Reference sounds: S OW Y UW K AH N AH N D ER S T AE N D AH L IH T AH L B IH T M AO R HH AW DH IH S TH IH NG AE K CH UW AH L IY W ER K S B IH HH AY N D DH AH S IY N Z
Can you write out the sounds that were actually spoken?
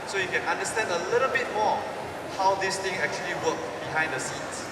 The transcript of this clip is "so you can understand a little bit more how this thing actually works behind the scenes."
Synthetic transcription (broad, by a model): S OW Y UW K AH N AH N D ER S T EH N D AH L IH T AH L B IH T M AO HH AW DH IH S T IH NG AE K CH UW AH L IY W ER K B IH HH AY N D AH S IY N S